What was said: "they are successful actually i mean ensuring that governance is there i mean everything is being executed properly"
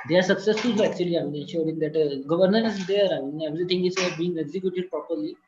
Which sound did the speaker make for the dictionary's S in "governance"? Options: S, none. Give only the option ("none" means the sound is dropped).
none